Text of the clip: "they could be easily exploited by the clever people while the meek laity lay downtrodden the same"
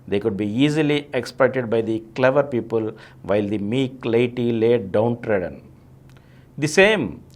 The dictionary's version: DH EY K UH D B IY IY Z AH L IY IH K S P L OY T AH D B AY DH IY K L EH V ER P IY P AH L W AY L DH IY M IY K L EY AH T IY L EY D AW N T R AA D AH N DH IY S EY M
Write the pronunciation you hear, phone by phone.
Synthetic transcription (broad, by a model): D EY K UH D B IY IY Z AH L IY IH K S P OY T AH D B AY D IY K L EH V ER P IY P AH L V AY L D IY M IY K L EY AH T IY L EY D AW N T R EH D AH N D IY S EY M